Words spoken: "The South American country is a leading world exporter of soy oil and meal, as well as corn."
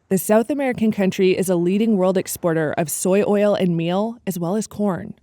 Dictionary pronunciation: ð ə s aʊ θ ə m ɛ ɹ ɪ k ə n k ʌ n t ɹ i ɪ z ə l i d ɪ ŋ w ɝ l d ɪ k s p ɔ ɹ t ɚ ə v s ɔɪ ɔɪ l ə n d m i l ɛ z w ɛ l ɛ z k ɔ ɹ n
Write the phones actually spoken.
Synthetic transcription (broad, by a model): ð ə s aʊ θ ə m ɛ ɹ ɪ k ə n k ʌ n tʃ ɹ i ɪ z ə l i d ɪ ŋ w ɝ l d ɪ k s p ɔ ɹ t ɚ ə v s ɔɪ ɔɪ l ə n m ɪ l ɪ z w ɛ l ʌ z k ɔ ɹ n